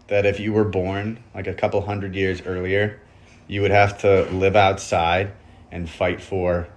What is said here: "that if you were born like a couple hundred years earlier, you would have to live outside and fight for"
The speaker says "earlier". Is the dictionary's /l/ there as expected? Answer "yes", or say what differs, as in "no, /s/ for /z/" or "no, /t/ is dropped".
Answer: yes